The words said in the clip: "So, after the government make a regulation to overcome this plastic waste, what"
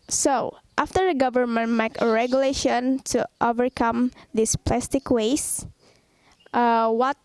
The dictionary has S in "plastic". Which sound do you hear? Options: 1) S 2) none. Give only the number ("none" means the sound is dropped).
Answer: 1